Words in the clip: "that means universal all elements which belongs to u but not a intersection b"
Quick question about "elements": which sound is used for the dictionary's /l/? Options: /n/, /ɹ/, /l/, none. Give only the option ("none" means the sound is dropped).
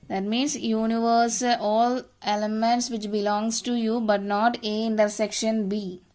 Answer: none